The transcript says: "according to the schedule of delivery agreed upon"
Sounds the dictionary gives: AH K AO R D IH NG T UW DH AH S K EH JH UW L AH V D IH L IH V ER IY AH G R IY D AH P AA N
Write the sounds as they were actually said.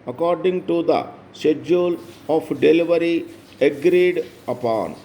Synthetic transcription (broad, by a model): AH K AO R D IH NG T UW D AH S EH JH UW L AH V D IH L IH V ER IY AH G R IY D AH P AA N